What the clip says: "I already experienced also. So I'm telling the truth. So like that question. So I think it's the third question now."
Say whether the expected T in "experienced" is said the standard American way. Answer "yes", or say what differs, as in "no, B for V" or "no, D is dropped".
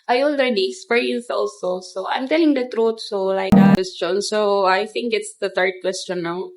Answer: no, T is dropped